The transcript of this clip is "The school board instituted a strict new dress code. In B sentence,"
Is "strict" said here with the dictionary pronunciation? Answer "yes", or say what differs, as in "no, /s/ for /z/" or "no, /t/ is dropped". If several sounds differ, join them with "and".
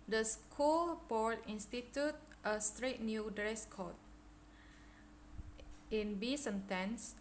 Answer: no, /k/ is dropped